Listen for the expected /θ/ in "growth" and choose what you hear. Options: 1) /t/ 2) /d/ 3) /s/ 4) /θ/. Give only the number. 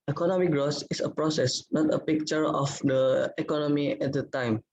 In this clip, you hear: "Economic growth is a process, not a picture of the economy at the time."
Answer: 3